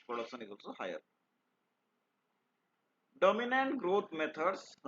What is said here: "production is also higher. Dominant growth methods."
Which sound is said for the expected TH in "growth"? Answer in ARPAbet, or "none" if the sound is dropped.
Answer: T